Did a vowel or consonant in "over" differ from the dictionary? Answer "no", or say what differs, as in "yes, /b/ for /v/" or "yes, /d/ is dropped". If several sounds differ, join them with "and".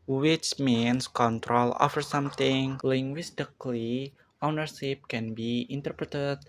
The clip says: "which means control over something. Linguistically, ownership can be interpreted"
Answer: yes, /f/ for /v/